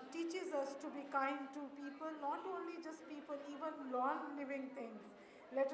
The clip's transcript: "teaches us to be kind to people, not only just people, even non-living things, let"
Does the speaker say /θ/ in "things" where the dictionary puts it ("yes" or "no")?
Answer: no